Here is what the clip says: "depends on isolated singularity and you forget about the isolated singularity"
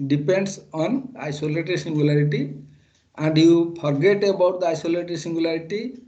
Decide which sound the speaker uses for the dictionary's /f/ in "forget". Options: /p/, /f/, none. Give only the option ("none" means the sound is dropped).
/p/